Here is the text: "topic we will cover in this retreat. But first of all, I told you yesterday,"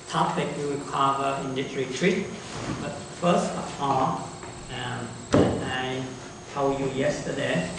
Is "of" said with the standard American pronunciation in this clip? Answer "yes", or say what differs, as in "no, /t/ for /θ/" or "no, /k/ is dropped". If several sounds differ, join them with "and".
no, /p/ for /v/